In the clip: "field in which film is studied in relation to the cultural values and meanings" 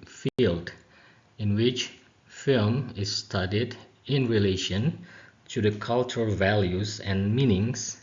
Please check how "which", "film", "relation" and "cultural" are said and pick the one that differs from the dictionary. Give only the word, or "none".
none